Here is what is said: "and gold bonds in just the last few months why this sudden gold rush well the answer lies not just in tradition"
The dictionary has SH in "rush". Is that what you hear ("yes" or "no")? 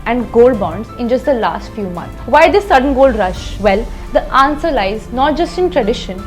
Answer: yes